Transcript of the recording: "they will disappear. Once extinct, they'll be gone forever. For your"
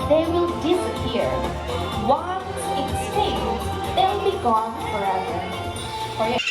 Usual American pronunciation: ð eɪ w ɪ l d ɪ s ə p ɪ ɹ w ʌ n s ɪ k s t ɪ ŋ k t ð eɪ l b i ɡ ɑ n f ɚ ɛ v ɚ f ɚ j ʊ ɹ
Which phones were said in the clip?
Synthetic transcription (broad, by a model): ð eɪ w ɪ l d ɪ s ə p ɪ ɹ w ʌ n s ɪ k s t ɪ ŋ ð eɪ l b i ɡ ɑ n f ɚ ɛ v ɚ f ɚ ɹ